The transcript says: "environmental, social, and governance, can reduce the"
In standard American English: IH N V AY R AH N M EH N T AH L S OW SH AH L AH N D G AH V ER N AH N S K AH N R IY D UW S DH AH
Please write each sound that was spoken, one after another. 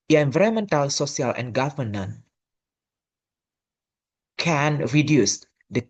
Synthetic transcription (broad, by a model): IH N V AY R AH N M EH N T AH L S OW S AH L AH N G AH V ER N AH N K AH N R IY D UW S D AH